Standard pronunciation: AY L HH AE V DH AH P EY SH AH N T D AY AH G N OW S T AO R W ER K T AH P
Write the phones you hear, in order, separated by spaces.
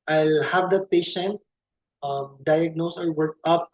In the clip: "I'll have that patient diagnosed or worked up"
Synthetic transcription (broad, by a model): AY L HH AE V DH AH P EY SH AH N T D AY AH G N OW S AO R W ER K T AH P